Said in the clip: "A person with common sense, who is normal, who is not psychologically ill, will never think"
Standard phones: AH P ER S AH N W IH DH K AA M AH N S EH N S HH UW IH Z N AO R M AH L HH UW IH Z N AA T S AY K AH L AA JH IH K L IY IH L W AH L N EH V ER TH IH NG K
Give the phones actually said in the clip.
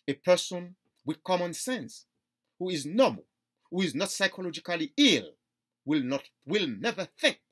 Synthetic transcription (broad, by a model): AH P ER S AH N W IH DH K AA M AH N S EH N S HH UW IH Z N AO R M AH L HH UW IH Z N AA T S AY K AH L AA JH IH K L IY IH L W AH L N EH V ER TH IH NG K